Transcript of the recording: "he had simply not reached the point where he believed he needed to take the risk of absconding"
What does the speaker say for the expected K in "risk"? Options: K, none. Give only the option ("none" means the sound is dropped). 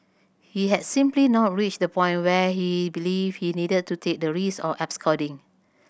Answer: none